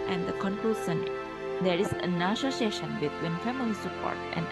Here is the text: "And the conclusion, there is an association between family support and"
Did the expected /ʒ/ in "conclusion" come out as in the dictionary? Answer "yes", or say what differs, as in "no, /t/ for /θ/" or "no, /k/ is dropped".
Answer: no, /s/ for /ʒ/